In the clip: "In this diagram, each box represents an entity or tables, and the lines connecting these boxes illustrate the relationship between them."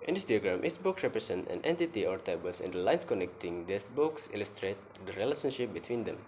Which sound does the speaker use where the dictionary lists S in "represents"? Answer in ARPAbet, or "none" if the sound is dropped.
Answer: none